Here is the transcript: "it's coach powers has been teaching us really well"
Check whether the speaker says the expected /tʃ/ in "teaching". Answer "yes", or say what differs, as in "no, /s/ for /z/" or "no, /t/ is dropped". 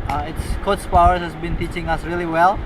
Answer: yes